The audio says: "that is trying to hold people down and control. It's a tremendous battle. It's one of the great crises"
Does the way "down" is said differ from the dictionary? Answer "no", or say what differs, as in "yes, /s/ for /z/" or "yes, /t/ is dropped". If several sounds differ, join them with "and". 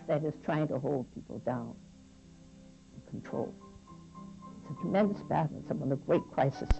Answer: yes, /n/ is dropped